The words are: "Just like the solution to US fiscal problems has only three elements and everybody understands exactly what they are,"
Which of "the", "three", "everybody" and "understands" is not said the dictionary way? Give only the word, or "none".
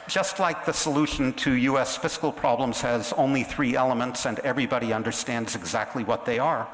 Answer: none